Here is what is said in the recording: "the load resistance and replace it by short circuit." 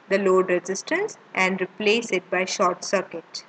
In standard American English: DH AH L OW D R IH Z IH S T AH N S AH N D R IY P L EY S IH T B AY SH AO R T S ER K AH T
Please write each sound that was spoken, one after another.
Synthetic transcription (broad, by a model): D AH L OW D R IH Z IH S T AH N S AH N D R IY P L EY S IH T B AY SH AO R T S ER K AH T